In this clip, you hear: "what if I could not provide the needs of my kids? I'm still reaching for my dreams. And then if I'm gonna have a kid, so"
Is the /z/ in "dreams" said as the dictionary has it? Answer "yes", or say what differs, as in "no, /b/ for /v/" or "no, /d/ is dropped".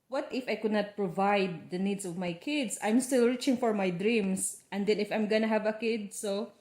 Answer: no, /s/ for /z/